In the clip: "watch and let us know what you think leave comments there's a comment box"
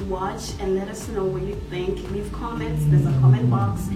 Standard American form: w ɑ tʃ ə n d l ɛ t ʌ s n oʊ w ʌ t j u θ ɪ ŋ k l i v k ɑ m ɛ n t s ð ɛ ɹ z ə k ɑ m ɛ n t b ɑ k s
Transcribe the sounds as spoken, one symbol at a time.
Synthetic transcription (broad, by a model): w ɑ tʃ ə n d l ɛ t ʌ s n oʊ w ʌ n j u θ ɪ ŋ k n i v k ɑ m ɛ n t s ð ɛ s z ə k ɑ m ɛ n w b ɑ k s